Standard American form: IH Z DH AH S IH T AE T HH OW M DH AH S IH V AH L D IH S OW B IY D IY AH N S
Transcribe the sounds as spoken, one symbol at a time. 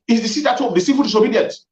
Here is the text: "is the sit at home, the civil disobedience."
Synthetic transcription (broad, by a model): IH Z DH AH S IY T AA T HH OW M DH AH S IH F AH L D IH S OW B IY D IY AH N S